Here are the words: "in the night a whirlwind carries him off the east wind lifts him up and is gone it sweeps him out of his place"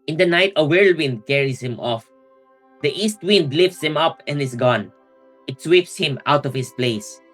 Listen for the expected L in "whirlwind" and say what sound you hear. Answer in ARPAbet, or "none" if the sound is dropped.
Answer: L